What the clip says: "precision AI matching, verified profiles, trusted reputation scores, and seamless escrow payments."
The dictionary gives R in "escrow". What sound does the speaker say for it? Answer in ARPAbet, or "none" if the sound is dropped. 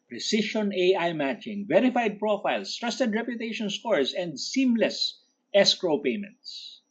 R